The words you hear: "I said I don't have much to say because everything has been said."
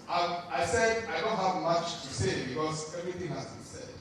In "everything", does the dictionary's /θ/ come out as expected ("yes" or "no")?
no